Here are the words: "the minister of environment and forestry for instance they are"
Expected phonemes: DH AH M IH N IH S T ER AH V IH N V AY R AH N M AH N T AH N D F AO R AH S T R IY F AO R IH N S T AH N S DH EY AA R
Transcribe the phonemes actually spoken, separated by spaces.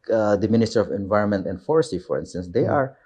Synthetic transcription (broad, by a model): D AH M IH N IH S T ER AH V IH N V AY R AH N M AH N T AH N D F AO R S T IY F AO R IH N S T AH N S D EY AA R